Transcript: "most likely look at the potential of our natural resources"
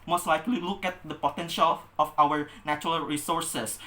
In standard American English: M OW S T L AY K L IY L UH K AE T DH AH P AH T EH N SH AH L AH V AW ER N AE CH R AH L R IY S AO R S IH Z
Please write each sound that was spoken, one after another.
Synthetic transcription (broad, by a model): M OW S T L AY K L IY L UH K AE T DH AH P AH T EH N SH AH L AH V AW ER N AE CH R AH L R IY S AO R S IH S